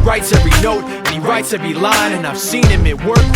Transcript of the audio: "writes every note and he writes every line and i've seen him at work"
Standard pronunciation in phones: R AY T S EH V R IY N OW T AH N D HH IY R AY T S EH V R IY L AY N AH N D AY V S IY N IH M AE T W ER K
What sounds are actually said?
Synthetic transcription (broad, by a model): R AY T S EH V R IY N OW T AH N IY R AY T S EH V R IY L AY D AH N AY V S IY N IH M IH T W ER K